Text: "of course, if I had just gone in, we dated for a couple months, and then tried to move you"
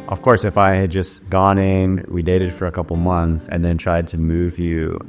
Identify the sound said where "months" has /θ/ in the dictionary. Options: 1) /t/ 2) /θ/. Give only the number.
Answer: 2